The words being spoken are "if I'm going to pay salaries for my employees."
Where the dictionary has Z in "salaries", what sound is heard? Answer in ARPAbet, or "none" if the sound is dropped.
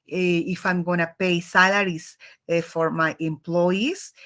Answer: S